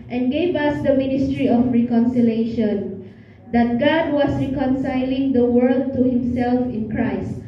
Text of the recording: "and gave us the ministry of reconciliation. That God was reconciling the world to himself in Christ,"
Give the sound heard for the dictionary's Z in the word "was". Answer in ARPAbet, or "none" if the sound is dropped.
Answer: S